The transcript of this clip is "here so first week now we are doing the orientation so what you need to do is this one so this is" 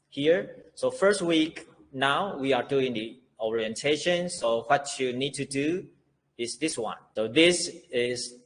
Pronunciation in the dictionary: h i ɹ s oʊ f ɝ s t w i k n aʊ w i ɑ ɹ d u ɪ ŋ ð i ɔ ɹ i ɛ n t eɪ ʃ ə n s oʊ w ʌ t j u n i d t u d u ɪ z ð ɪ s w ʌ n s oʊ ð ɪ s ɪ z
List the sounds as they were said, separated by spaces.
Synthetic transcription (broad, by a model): h i ɹ s oʊ f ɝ s t w i k n aʊ w i ɑ ɹ d u ɪ ŋ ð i ɔ ɹ i ɛ n t eɪ ʃ ə n s oʊ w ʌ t j u n i d t u d u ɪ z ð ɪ s w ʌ n s oʊ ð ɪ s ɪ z